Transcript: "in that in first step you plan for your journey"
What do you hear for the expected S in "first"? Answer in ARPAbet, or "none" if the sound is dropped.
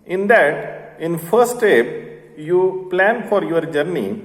none